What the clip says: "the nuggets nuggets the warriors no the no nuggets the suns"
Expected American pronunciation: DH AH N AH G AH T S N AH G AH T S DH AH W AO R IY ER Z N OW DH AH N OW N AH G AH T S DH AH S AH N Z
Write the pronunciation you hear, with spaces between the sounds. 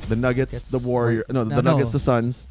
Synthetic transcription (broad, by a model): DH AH N AH G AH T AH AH T S DH AH W AO R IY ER N OW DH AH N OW N AH G AH T S DH AH S AH N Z